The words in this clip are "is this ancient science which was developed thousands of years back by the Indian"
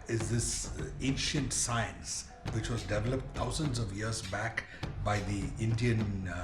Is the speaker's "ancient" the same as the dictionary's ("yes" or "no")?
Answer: yes